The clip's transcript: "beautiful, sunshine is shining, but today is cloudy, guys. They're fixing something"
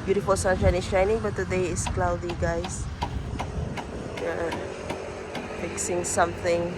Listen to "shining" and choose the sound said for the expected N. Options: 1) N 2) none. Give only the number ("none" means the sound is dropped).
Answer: 1